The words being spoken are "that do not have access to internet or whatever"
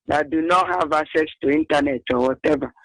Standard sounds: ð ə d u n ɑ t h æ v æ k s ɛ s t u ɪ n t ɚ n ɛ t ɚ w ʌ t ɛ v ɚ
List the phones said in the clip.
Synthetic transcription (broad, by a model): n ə d u n ɑ t h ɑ v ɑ s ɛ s t u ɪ n t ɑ n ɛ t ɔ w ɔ t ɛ v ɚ